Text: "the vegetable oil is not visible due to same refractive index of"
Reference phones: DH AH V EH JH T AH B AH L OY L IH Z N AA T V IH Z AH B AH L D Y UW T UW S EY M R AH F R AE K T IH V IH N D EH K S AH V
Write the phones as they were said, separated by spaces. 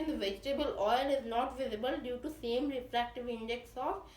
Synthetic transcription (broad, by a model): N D V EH JH T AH B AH L OY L IH Z N AA T V IH Z AH B AH L D Y UW T UW S EY M R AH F R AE K T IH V IH N D EH K S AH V